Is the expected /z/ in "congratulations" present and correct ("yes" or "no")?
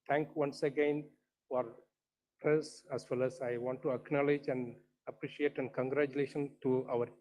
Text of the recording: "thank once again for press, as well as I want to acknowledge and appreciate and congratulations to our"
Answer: no